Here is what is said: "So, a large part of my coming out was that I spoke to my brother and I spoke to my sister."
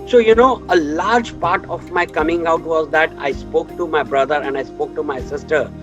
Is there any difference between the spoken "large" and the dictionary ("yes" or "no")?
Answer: no